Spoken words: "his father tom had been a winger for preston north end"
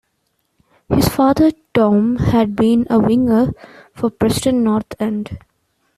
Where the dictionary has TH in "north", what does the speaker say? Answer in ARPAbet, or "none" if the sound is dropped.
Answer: T